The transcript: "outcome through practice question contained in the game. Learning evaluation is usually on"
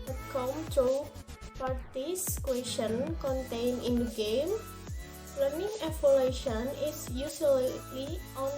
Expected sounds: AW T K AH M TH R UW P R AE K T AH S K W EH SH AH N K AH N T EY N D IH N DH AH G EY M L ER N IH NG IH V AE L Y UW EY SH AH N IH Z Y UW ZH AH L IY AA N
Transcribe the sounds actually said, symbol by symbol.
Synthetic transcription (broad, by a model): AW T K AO M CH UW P AA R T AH S K W EH SH AH N K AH N T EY N IH N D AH G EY M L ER N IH NG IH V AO L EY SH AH N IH S Y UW SH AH L IY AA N